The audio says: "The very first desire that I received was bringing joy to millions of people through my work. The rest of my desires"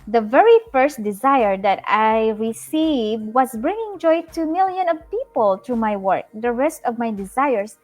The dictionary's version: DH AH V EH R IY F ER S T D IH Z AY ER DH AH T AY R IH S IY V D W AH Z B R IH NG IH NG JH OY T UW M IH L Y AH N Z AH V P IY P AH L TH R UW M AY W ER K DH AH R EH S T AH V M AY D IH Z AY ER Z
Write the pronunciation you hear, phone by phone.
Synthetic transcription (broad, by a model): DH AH V EH R IY F ER S T D IH Z AY ER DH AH T AY R IH S IY V D W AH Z B R IH NG IH NG JH OY T UW M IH L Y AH N AH V P IY P AH L T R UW M AY W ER K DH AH R EH S T AH V M AY D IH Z AY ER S